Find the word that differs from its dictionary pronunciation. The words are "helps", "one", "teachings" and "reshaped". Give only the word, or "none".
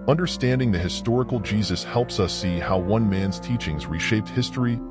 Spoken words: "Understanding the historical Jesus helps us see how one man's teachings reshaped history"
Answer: none